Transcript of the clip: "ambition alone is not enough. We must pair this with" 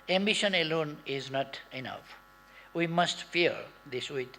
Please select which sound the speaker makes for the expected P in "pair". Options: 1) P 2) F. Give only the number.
2